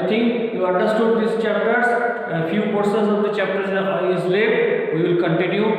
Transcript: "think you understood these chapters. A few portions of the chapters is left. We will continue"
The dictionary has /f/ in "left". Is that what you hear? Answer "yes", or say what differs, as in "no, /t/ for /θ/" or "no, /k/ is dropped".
no, /f/ is dropped